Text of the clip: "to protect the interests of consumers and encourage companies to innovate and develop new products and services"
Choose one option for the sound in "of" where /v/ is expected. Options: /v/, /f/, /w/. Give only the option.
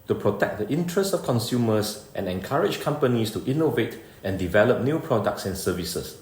/f/